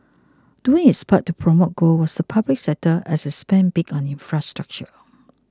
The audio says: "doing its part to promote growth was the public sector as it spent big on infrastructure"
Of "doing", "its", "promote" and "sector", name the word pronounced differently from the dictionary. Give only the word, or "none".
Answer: sector